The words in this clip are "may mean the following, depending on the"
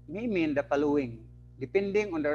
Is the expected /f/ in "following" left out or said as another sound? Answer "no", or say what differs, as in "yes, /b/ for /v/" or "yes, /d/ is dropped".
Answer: yes, /p/ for /f/